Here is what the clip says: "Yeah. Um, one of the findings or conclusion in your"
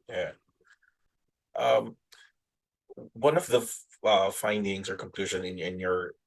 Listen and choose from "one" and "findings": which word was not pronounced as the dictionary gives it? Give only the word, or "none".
none